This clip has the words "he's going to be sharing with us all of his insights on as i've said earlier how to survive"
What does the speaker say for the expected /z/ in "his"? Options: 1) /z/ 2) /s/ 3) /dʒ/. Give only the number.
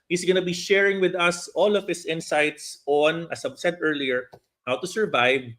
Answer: 2